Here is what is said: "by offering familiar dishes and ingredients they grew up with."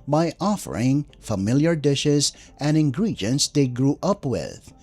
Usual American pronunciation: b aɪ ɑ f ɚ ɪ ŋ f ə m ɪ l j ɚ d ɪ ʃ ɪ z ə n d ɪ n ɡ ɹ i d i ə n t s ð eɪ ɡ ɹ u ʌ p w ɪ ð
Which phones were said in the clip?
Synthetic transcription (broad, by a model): b aɪ ɑ f ɚ ɪ ŋ f ə m ɪ l j ɚ d ɪ ʃ ɪ z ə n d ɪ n ɡ ɹ i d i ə n t s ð eɪ ɡ ɹ u ʌ p w ɪ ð